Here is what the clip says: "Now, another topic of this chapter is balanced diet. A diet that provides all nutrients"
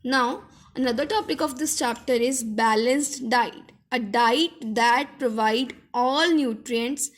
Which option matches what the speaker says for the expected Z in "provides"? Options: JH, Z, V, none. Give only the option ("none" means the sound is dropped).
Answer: none